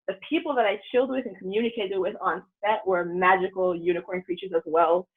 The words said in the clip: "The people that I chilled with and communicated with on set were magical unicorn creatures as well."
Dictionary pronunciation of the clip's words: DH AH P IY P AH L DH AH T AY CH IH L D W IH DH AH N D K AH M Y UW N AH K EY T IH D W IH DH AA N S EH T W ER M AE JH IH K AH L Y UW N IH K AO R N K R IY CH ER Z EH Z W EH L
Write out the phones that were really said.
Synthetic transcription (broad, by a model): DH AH P IY P L DH AH T AY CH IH L D W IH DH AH N K AH M Y UW N AH K EY T IH D W IH DH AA N S EH T W ER M AE JH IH K L Y UW N IH K AO R N K R IY CH ER Z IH Z W EH L